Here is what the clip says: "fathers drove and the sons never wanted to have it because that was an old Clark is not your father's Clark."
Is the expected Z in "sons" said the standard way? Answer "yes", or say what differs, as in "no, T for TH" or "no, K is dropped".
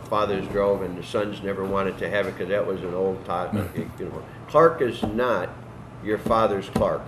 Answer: yes